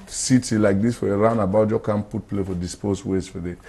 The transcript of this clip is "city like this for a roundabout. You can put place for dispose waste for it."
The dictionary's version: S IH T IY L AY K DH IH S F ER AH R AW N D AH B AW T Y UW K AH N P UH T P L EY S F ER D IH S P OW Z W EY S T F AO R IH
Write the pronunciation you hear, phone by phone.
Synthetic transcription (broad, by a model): S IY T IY L AY K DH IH S F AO AH R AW N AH B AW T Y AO K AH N P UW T P L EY F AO D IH S P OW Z W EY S F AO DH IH